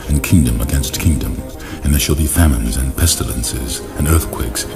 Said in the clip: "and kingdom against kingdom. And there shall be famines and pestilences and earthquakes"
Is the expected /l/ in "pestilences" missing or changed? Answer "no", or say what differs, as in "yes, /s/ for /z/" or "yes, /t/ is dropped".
no